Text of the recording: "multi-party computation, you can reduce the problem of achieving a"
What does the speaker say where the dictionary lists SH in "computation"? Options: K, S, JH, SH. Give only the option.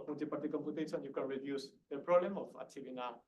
S